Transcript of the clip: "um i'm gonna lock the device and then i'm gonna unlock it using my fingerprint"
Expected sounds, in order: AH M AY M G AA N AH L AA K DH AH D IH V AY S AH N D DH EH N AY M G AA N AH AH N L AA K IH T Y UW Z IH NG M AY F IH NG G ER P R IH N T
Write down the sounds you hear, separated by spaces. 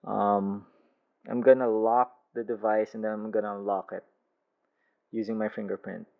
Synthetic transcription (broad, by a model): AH M AY M G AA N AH L AA K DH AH D IH V AY S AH N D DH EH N AY M G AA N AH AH L AA K IH T Y UW Z IH NG M AY F IH NG G ER P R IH N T